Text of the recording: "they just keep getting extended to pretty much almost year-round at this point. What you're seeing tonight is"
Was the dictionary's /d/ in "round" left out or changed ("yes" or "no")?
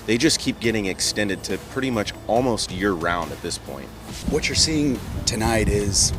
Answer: no